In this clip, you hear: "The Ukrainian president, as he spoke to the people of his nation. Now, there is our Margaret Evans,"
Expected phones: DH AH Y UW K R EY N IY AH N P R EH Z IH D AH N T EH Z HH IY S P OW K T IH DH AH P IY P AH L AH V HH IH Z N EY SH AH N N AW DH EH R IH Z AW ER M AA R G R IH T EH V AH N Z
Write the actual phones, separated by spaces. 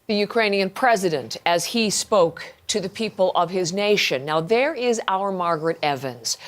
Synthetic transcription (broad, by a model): DH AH Y UW K R EY N IY AH N P R EH Z IH D AH N T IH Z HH IY S P OW K T IH DH AH P IY P AH L AH V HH IH Z N EY SH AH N N AW DH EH R IH Z AW ER M AA R G R IH T EH V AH N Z